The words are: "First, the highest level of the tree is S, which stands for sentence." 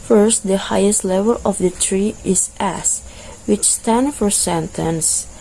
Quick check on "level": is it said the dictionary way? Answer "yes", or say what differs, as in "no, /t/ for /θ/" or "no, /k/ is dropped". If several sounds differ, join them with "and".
yes